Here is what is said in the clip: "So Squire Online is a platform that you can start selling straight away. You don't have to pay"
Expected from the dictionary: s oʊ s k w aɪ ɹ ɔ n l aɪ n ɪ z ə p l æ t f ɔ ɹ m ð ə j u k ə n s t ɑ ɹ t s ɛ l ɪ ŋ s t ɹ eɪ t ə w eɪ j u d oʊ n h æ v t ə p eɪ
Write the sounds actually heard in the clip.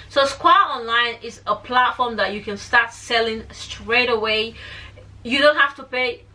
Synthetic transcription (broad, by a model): s oʊ s k w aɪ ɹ ɔ n l aɪ n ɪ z ə p l æ t f ɔ ɹ m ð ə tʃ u k ə n s t ɑ ɹ t s ɛ l ɪ ŋ s t ɹ eɪ t ə w eɪ j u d oʊ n h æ f t ə p eɪ